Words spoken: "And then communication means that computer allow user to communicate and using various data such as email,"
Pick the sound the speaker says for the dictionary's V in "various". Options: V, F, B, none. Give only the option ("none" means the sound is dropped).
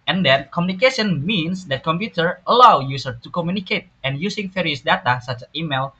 F